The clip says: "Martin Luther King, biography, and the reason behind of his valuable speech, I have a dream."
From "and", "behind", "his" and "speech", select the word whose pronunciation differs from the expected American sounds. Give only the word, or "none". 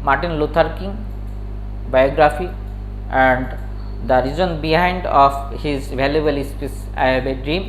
speech